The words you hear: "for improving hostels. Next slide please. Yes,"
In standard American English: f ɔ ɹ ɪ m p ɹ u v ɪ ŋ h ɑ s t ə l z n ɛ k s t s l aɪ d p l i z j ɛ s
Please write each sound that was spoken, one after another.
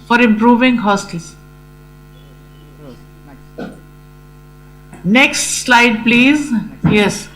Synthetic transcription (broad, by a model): f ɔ ɹ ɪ m p ɹ u v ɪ ŋ h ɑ s t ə l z n ɛ k s t s l aɪ d p l i z j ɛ s